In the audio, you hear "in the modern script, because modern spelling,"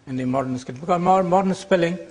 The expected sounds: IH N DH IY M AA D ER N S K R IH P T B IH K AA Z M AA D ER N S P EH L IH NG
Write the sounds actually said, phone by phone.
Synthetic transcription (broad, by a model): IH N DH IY M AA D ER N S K IH T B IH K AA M M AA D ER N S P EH L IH NG